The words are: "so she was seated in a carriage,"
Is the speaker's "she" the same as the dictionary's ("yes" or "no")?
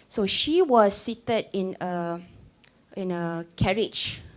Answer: yes